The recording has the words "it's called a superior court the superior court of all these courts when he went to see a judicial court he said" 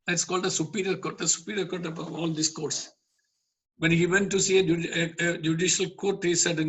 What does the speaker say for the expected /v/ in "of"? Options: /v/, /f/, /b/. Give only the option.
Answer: /b/